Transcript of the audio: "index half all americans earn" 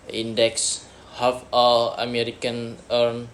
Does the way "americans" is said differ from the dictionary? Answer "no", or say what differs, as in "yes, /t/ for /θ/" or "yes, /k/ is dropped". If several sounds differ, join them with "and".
yes, /z/ is dropped